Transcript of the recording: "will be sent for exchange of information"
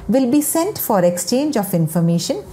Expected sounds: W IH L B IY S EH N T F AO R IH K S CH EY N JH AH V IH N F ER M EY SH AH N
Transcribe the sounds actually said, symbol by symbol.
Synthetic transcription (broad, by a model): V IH L B IY S EH N T F AO R IH K S CH EY N JH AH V IH N F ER M EY SH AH N